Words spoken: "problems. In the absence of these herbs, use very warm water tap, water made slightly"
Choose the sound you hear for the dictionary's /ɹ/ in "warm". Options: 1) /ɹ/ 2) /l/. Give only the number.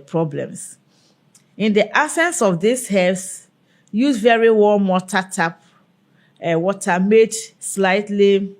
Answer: 2